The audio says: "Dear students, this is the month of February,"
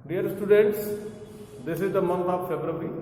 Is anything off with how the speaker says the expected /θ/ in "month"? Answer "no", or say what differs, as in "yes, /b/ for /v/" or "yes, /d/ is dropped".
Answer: yes, /t/ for /θ/